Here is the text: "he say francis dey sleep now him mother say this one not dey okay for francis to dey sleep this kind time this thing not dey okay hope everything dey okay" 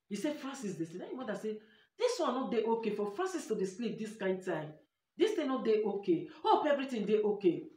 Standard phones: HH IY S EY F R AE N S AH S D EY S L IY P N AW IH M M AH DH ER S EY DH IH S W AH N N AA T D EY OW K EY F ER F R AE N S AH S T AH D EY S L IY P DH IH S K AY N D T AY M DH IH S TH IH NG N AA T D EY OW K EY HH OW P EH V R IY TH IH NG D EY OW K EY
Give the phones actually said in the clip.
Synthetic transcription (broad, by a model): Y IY S EY F R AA N S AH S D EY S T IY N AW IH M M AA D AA S EY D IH S W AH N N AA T D EY OW K EY F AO F R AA N S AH S T AH D EY S L IY P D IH S K AY N D T AY M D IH S T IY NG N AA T D EY OW K EY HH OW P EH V R IY T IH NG D EY OW K EY